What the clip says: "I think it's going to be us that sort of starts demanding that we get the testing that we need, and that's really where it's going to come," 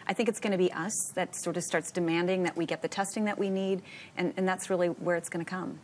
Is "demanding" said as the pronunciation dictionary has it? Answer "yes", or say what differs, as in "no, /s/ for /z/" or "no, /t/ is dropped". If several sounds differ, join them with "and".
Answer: yes